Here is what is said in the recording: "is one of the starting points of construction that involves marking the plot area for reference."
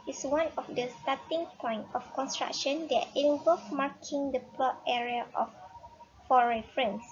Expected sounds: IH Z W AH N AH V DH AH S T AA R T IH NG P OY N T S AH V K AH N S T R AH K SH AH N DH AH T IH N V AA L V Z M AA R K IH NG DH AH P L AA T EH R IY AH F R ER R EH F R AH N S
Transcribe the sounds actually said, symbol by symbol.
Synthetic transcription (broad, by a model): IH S W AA N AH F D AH S T AA T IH NG P OY N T AH F K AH N S T R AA K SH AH N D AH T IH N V AA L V M AA K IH NG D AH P L AA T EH R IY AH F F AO R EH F R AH N S